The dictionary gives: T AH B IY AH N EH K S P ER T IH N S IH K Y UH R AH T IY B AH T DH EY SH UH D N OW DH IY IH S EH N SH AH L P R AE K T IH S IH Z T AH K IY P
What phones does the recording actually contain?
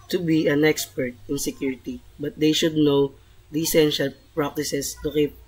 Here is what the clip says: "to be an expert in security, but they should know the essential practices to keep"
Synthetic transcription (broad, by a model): T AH B IY AH N EH K S P ER T IH N S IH K Y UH R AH T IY B AH T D EY SH UH D N OW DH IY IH S EH N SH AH L P R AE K T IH S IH S T AH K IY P